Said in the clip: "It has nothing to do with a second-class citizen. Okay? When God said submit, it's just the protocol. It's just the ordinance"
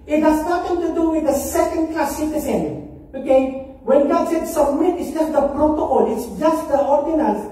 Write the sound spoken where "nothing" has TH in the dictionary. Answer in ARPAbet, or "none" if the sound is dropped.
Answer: T